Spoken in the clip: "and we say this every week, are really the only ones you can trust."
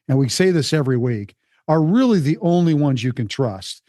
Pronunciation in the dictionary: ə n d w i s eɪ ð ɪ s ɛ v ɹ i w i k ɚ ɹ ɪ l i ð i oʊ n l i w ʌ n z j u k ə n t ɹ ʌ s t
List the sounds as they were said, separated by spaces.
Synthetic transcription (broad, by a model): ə n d w i s eɪ ð ɪ s ɛ v ɹ i w i k ɚ ɹ ɪ l i ð i oʊ n l i w ʌ n z j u k ə n t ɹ ʌ s t